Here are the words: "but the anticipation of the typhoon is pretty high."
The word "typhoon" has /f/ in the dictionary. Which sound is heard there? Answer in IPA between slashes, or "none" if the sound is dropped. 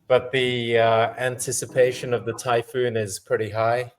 /f/